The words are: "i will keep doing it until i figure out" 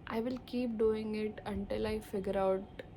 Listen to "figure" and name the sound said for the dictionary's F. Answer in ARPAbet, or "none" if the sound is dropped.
F